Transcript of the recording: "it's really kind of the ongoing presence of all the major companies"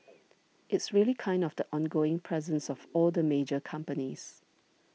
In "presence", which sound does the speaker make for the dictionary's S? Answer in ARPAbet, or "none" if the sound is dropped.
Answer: S